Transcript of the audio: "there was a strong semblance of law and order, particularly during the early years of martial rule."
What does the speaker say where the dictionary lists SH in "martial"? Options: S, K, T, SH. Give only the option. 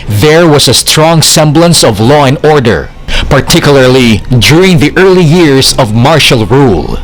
SH